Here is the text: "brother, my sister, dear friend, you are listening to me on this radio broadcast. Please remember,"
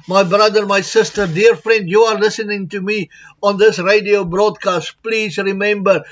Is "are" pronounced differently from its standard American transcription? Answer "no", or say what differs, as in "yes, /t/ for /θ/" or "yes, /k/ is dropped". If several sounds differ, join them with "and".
no